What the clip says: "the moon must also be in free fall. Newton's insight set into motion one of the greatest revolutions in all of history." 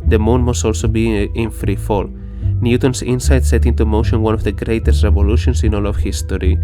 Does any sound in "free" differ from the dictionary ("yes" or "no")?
no